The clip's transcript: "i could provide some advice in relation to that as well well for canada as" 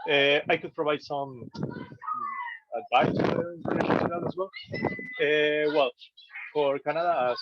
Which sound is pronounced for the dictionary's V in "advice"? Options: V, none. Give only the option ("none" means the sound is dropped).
none